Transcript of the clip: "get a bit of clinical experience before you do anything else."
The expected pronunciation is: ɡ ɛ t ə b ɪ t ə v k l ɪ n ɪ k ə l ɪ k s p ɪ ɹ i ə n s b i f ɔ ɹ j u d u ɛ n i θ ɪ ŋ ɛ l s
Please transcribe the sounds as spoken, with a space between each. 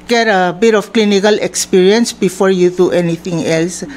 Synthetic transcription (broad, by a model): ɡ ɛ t ə b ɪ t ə f k l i n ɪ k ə l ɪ k s p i ɹ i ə n s b i f ɔ ɹ j u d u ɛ n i t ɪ ŋ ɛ l s